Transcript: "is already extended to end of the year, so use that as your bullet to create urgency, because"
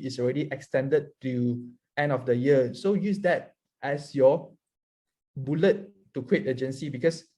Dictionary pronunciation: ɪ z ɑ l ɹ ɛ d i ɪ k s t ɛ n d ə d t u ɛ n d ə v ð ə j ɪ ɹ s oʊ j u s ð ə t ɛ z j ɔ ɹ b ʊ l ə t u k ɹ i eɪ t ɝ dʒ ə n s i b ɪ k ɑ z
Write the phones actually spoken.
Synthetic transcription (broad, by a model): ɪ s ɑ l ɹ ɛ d i ɪ k s t ɛ n d ə d t u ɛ n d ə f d ə j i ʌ s oʊ j u s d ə t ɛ s j ɔ b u l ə t u k w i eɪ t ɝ dʒ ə n s i b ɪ k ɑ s